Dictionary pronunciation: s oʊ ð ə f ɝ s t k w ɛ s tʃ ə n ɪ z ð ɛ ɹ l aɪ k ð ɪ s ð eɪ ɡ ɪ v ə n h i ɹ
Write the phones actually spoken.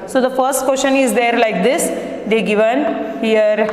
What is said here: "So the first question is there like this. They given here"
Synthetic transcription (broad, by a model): s oʊ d ə f ɝ s t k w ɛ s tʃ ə n ɪ z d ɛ ɹ l aɪ k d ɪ s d eɪ ɡ ɪ v ə n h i ɹ